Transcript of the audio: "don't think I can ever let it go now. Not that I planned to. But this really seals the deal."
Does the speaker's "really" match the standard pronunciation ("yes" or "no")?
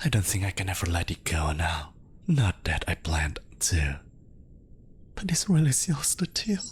no